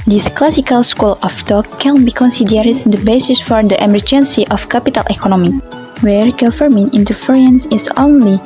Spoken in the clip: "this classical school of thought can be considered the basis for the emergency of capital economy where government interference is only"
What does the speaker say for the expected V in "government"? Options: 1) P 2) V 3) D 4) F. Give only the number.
4